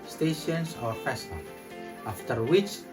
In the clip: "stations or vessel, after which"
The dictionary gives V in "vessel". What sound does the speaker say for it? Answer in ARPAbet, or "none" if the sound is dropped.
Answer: F